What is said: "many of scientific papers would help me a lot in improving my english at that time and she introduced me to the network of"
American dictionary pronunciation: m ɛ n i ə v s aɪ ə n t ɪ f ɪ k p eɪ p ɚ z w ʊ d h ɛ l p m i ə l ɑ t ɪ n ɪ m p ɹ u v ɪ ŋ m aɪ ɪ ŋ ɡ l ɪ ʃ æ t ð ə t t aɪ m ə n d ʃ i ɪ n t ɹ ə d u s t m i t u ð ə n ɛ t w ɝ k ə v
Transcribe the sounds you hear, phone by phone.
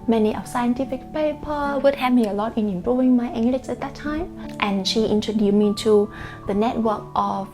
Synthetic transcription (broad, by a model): m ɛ n i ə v s aɪ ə n t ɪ f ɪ k p eɪ p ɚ w ʊ d h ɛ p m i ə l ɑ t ɪ n ɪ m p ɹ u v ɪ ŋ m aɪ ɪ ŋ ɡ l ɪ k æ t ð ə t t aɪ m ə n ʃ i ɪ n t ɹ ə d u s m i t u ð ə n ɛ t w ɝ k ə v